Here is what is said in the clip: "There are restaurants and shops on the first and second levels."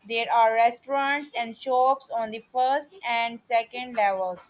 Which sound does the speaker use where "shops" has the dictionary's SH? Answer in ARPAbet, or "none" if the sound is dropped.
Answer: SH